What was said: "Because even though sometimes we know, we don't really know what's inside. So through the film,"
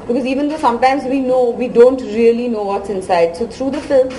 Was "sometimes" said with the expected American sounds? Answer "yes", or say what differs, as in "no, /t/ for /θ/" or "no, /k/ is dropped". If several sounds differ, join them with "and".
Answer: yes